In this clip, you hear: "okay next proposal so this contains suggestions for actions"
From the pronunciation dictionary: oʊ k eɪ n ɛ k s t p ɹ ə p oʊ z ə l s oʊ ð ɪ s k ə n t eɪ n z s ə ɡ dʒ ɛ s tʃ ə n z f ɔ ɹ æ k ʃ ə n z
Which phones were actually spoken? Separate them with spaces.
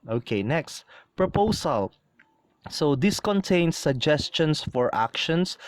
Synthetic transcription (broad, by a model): oʊ k eɪ n ɛ k s t p ɹ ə p oʊ s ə l s oʊ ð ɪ s k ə n t eɪ n s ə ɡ dʒ ɛ s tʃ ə n s f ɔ ɹ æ k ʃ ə n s